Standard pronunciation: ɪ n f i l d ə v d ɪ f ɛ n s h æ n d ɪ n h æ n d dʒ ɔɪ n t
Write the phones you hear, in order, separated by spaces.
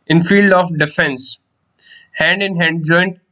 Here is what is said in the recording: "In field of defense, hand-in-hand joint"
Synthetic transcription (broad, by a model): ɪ n f i l d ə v d ɪ f ɛ n s h æ n d ɪ n h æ n d dʒ ɔɪ n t